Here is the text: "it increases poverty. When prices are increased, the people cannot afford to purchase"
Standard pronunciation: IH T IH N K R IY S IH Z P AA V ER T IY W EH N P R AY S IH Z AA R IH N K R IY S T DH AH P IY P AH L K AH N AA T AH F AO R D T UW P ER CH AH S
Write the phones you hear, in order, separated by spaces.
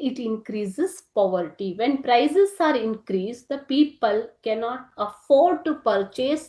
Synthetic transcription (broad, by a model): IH T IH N K R IY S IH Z P AA V ER T IY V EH N P R AY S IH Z AA R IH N K R IY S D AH P IY P AH L K AH N AA T AH F AO R D T UW P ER CH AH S